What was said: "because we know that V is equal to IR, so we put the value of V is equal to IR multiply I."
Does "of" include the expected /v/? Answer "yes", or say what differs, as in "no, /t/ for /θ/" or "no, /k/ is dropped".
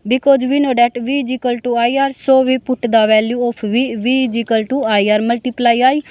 no, /p/ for /v/